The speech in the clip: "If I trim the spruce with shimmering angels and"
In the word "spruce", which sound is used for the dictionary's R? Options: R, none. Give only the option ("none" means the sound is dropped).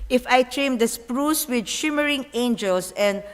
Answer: R